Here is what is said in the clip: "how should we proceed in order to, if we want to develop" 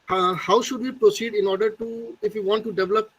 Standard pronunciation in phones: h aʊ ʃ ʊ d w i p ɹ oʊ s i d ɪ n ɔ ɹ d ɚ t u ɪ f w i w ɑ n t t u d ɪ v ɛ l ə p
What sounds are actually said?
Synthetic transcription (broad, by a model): h aʊ ʃ ʊ d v i p ɹ oʊ s i d ɪ n ɔ ɹ d ɚ t u ɪ f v i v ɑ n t t u d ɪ v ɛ l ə p